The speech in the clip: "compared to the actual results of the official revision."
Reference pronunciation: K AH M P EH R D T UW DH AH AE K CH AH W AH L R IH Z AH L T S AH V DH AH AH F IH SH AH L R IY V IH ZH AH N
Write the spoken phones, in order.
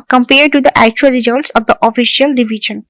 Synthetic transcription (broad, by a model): K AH M P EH R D T UW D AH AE K CH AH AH L R IH Z AH L T S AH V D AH AH F IH SH AH L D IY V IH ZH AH N